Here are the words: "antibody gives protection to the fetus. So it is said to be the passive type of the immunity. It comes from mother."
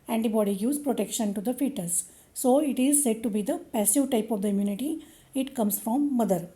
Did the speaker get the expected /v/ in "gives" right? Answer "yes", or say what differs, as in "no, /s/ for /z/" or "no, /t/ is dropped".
no, /v/ is dropped